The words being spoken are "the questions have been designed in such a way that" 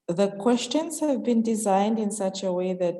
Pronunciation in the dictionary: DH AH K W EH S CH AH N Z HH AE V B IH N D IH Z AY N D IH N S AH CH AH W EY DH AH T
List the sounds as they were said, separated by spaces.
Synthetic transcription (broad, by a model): DH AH K W EH S CH AH N Z HH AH V B IH N D IH Z AY N D IH N S AH CH AH W EY DH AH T